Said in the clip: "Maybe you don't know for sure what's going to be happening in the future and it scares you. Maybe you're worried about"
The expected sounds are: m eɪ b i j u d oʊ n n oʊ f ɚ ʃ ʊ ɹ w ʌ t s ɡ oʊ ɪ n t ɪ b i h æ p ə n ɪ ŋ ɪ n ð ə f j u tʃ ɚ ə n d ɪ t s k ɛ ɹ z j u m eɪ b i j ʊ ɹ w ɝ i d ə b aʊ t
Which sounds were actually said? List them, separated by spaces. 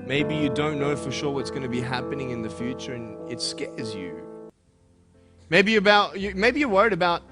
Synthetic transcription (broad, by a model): m eɪ b i j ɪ d oʊ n n oʊ f ɚ ʃ ʊ ɹ w ʌ t s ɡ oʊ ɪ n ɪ b i h æ p ə n ɪ ŋ ɪ n ð ə f j u tʃ ɚ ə n ɪ t s k ɛ ɹ z j u m eɪ b i j ʊ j w ɝ i d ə b aʊ t